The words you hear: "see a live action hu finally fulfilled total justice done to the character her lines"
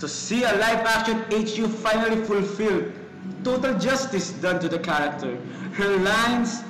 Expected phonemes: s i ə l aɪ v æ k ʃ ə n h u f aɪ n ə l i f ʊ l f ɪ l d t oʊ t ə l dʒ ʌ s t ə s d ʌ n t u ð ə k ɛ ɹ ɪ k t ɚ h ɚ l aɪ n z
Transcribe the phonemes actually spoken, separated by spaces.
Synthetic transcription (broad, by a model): s i ə l aɪ f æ k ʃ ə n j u f aɪ n ə l i f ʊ l f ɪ l d t oʊ t ə l dʒ ʌ s t ə s d ʌ n t u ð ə k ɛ ɹ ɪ k t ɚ h ɚ l aɪ n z